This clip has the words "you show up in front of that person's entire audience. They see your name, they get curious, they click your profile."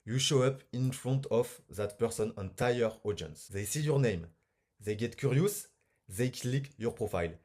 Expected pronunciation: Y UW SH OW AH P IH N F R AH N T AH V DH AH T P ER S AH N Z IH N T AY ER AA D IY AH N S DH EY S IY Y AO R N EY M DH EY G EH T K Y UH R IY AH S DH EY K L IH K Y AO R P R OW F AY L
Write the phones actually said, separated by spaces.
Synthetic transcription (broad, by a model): Y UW SH OW AH P IH N F R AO N T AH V DH AH T P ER S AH N IH N T AY ER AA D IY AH N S DH EY S IY Y AO R N EY M DH EY G EH T K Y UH R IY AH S DH EY K L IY K Y AO R P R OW F AY L